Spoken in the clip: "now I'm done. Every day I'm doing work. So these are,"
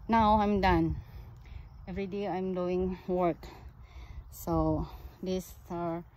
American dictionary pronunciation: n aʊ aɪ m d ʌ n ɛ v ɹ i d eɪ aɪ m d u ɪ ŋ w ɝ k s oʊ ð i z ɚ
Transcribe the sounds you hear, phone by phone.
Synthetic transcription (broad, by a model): n aʊ aɪ m d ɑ n ɛ v ɹ i d eɪ aɪ m d u ɪ ŋ w ɝ k s oʊ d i s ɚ